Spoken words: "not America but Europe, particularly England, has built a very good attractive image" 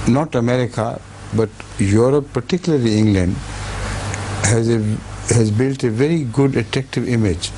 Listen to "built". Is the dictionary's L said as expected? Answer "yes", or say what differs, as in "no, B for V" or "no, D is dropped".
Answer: yes